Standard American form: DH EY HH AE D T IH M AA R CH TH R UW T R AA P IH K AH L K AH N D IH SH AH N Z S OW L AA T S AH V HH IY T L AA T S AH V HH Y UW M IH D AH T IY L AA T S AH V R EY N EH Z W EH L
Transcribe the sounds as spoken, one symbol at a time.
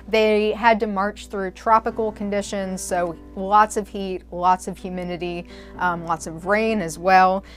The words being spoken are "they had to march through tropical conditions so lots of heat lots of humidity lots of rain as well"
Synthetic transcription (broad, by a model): DH EY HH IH D T IH M AA R CH TH R UW T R AA P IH K L K AH N D IH SH AH N Z S OW L AA T S AH V HH IY T L AA T S AH V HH Y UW M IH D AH T IY L AA T S AH V R EY N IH Z W EH L